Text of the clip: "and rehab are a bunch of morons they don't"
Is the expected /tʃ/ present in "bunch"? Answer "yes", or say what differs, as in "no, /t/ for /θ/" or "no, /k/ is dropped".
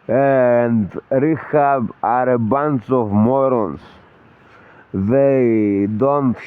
no, /s/ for /tʃ/